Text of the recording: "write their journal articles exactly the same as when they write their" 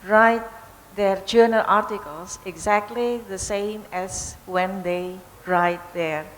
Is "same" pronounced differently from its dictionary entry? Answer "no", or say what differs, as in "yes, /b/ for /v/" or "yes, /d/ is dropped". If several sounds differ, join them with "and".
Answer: no